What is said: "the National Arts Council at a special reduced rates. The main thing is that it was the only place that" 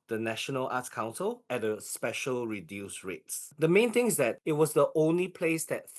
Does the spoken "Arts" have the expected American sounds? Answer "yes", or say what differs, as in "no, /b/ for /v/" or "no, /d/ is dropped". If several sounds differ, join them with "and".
no, /s/ is dropped